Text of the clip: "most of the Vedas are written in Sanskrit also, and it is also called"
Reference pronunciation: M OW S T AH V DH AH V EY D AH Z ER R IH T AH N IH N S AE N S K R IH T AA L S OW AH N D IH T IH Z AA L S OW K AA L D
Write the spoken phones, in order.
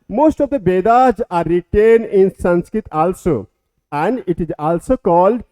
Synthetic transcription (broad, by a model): M OW S T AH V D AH B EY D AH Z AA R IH T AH N IH N S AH N S K R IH T AA L S OW AH N D IH T IH Z AA L S OW K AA L D